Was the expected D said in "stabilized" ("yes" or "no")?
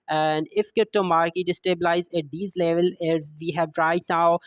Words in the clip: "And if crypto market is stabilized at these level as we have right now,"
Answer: no